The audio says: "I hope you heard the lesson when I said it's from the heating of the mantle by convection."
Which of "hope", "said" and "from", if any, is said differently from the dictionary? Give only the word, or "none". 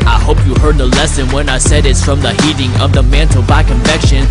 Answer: none